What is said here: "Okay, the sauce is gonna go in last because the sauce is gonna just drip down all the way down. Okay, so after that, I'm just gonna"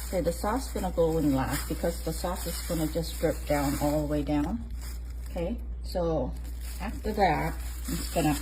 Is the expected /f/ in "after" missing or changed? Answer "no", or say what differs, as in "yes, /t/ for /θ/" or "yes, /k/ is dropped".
no